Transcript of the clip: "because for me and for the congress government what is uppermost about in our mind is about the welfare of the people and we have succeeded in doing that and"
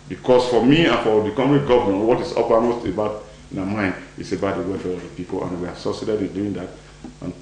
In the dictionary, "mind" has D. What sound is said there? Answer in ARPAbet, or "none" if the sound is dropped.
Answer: D